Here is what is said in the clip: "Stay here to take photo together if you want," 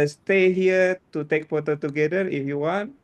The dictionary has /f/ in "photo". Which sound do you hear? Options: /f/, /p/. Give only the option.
/p/